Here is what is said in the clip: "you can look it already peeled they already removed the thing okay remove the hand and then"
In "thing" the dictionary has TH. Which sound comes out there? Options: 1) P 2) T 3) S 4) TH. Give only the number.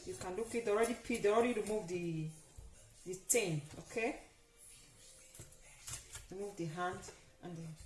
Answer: 2